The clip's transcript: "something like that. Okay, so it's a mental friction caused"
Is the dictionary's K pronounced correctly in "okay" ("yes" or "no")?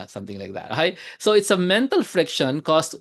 no